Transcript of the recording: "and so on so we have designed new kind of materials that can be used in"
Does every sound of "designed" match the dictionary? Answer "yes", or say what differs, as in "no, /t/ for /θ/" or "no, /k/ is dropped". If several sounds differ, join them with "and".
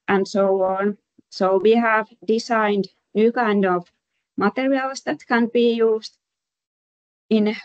no, /s/ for /z/